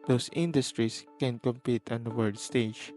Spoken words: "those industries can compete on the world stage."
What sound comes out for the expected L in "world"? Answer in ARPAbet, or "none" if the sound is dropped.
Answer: none